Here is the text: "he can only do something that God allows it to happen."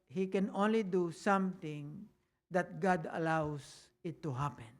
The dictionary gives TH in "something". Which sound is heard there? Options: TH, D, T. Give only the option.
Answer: T